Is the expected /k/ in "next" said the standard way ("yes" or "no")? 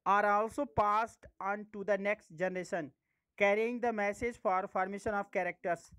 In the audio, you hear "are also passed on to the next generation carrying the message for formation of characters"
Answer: yes